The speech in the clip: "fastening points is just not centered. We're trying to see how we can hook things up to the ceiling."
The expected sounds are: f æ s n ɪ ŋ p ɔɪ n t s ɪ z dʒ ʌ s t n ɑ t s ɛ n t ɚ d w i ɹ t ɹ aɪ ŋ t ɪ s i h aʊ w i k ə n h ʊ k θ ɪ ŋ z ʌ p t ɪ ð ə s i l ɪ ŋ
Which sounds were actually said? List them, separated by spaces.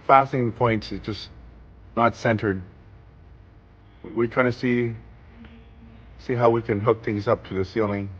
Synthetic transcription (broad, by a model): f æ s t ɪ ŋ p ɔɪ n t s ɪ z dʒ ʌ s n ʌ t s ɛ n t ɚ d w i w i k aɪ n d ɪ s i h aʊ w i k ə n h ʊ k θ ɪ ŋ z ʌ p t ɪ ð ə s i l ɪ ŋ